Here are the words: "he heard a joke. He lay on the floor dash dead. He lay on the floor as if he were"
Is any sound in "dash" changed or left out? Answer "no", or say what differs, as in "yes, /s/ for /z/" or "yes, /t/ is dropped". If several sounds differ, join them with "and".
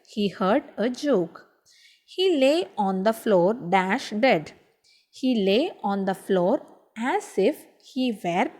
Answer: no